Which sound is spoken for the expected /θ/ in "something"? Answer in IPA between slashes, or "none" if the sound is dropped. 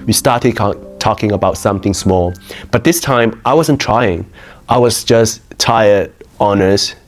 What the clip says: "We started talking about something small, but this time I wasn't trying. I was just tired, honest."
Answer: /θ/